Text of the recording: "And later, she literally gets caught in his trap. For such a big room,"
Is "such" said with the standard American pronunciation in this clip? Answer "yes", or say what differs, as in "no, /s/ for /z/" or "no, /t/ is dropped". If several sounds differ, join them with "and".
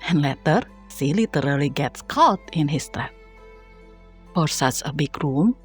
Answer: no, /s/ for /tʃ/